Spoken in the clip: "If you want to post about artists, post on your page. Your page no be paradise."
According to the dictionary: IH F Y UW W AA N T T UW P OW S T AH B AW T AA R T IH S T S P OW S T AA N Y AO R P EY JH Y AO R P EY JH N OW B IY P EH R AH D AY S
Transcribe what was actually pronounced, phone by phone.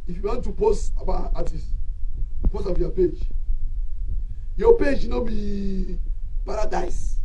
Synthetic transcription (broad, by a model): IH F Y UW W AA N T T UW P OW S T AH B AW AA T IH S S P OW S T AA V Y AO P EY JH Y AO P EY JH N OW B IY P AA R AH D AY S